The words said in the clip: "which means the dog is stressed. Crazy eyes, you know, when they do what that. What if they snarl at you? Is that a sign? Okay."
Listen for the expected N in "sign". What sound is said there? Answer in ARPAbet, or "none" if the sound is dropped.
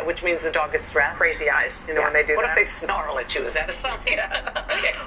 none